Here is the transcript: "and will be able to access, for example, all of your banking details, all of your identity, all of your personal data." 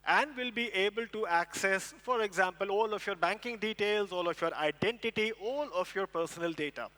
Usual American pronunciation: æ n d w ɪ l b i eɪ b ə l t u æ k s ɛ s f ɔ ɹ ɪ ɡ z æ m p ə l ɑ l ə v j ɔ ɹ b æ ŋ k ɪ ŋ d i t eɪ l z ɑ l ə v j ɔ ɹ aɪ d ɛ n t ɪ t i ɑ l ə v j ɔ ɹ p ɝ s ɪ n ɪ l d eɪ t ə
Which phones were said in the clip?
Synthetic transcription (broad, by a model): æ n d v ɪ l b i eɪ b ə l t u æ k s ɛ s f ɔ ɹ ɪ ɡ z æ m p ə l ɑ l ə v j ɔ ɹ b æ ŋ k ɪ ŋ d i t eɪ l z ɑ l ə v j ɔ ɹ aɪ d ɛ n t ɪ t i ɑ l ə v j ɔ ɹ p ɝ s ɪ n ɪ l d eɪ t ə